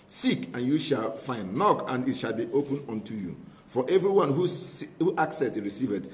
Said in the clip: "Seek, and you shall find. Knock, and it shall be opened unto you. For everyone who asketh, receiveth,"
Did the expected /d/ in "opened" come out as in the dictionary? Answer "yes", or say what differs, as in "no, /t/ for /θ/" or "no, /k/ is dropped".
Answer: no, /d/ is dropped